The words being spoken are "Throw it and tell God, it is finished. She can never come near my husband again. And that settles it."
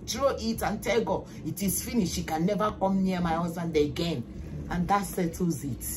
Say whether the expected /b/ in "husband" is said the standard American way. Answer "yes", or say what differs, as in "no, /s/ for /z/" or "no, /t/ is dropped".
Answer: no, /b/ is dropped